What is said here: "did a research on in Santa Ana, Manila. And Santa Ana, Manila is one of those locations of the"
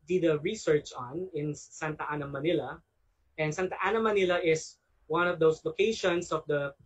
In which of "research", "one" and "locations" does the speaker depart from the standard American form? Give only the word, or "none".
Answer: locations